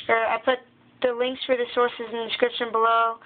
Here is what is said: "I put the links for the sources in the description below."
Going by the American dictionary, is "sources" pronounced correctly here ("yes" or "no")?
yes